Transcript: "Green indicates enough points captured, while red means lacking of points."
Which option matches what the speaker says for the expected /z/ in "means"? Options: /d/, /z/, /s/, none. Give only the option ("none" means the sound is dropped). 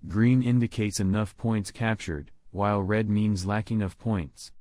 /z/